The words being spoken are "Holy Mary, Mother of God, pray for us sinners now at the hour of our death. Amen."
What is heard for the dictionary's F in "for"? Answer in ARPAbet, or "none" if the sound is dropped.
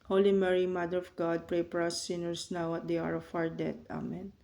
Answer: P